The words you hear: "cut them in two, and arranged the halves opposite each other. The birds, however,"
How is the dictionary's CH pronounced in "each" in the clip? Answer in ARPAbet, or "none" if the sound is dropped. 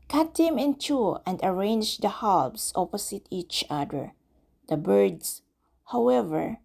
CH